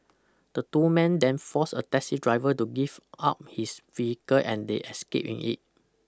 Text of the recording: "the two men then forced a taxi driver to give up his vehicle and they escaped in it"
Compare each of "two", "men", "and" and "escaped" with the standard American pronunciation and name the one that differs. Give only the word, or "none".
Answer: escaped